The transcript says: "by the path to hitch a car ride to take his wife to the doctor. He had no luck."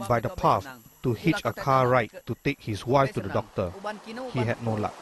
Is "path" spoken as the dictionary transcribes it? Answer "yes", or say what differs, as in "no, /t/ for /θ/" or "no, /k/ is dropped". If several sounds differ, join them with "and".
no, /s/ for /θ/